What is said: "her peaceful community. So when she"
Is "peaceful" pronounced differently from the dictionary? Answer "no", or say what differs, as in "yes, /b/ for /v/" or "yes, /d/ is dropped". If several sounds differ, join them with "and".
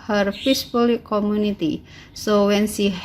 yes, /p/ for /f/